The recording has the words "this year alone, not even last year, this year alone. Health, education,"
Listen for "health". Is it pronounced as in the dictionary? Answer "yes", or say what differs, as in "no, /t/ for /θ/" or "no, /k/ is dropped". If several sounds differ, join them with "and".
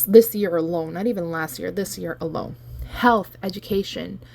yes